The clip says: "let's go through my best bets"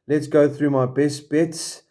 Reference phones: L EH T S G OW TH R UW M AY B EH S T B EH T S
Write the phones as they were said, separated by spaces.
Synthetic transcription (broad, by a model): L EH T S G OW TH R UW M AY B EH S T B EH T S